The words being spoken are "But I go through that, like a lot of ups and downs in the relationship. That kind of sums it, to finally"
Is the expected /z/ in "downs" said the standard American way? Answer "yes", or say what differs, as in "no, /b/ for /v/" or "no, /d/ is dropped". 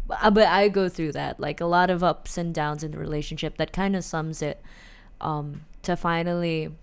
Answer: yes